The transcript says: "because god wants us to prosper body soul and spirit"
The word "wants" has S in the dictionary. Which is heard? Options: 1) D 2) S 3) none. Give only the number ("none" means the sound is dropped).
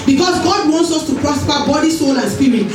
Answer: 2